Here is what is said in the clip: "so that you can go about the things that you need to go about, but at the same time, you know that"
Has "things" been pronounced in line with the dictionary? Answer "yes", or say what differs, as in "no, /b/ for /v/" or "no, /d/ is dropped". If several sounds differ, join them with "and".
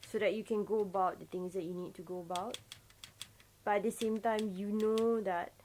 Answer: no, /t/ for /θ/